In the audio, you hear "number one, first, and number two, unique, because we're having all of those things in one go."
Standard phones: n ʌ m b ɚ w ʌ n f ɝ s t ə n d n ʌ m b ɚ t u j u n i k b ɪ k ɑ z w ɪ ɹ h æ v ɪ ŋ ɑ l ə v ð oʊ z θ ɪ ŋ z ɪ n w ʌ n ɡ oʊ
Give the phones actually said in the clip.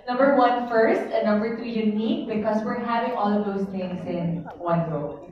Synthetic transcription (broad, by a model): n ʌ m b ɚ w ʌ n f ɝ s t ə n n ʌ m b ɚ t u j u n i k b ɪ k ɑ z w ɪ ɹ h æ v ɪ ŋ ɑ l ə v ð oʊ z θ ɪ ŋ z ɪ n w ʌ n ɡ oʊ